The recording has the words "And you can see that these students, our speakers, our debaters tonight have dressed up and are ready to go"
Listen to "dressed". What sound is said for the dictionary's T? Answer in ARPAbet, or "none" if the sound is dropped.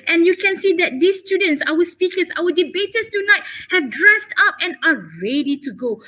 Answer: T